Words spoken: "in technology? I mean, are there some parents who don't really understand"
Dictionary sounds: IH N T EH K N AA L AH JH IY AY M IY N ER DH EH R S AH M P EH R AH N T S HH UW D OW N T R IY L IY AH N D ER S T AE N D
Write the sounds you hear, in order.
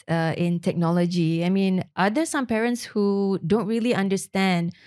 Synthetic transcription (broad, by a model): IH N T EH K N AA L AH JH IY AY M IY N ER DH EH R S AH M P EH R AH N T S HH UW D OW N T R IY L IY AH N D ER S T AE N D